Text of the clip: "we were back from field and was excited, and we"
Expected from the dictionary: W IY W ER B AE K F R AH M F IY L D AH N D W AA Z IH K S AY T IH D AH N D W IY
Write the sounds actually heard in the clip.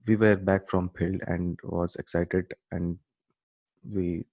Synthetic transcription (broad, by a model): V IY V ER B AE K F R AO M P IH L AH N D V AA Z IH K S AY T IH D AH N D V IY